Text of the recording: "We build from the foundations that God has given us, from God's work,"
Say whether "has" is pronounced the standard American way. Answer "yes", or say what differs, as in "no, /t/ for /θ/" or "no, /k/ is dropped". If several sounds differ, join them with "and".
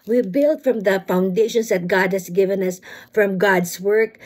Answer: no, /s/ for /z/